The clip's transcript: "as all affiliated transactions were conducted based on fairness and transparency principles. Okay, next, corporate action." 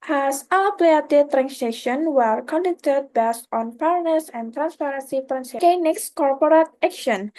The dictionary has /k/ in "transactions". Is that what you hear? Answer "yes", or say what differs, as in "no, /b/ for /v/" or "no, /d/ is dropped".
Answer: no, /k/ is dropped